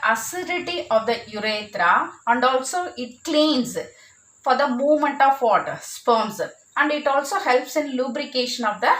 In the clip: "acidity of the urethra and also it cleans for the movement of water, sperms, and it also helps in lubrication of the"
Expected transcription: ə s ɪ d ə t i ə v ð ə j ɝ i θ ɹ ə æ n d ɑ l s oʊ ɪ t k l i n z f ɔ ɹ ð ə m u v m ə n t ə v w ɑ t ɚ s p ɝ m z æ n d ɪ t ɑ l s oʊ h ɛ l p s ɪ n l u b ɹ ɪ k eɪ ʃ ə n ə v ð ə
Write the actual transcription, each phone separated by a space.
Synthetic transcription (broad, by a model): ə s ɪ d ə t i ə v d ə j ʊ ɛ t ɹ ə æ n d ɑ l s oʊ ɪ t k l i n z f ɔ ɹ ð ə m u v m ə n t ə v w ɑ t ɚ s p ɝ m s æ n d ɪ t ɑ l s oʊ h ɛ l p s ɪ n l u b ɹ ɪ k eɪ ʃ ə n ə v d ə